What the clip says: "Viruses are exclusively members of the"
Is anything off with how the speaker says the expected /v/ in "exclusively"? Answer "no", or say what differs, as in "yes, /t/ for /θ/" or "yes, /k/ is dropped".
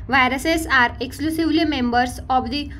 no